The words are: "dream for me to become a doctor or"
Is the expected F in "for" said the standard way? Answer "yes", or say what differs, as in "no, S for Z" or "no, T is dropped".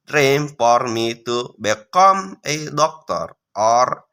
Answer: no, P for F